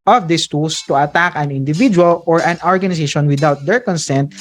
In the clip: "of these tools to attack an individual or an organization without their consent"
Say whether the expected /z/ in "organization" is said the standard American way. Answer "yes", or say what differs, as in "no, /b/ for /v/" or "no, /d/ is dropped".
no, /s/ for /z/